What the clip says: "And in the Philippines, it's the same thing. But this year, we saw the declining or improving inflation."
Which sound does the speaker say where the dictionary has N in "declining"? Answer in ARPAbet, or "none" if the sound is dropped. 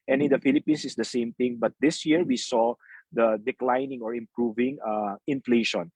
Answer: N